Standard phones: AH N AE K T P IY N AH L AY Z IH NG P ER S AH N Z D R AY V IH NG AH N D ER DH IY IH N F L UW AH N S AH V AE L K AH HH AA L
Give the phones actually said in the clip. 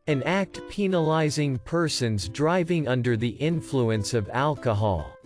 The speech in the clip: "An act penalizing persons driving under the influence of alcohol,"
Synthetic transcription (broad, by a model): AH N AE K T P IY N AH L AY Z IH NG P ER S AH N Z D R AY V IH NG AH N D ER DH IY IH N F L UW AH N S AH V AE L K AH HH AA L